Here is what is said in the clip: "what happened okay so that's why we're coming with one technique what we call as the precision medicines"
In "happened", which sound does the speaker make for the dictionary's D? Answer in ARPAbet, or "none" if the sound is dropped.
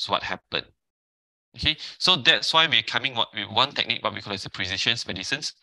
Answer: none